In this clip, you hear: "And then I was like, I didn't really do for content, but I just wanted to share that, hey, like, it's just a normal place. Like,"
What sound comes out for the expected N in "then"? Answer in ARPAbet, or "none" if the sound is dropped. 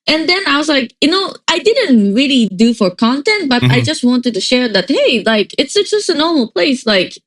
N